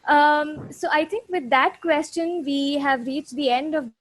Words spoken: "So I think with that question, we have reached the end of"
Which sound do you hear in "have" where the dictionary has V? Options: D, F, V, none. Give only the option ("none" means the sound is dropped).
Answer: V